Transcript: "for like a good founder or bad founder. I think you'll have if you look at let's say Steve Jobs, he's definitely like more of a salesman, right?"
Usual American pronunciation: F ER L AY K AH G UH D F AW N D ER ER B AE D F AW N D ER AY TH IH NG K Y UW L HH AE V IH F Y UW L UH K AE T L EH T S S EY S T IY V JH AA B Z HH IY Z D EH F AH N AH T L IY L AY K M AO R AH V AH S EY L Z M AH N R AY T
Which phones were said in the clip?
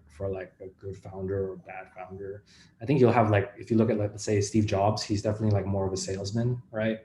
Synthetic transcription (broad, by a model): F ER L AY K AH G UH D F AW N D ER ER B AE D F AW N D ER AY TH IH NG K Y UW L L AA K IH F Y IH L UH K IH T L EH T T S EY S T IY V JH AA B Z HH IY Z D EH F AH N AH T L IY L AY K M AO R AH V AH S EY L Z M AH N R AY T